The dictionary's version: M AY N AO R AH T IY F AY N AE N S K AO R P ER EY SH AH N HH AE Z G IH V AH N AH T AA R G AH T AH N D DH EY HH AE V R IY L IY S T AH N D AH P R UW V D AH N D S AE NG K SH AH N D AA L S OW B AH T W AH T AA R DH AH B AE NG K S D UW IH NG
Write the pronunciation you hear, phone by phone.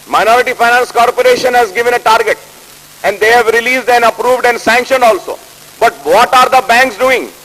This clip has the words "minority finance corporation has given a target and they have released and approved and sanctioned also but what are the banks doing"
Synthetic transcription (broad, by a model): M AY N AO R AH T IY F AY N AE N S K AO R P ER EY SH AH N HH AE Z G IH V AH N AH T AA R G AH T AH N D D EY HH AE V R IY L IY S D AH N D AH P R UW V D AH N D S AE NG K SH AH N D AA L S OW B AH T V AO T AA R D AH B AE NG K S D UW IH NG